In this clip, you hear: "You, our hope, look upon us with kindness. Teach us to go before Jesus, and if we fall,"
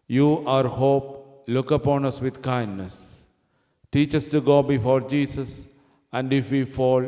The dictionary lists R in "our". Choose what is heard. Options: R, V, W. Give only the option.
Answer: R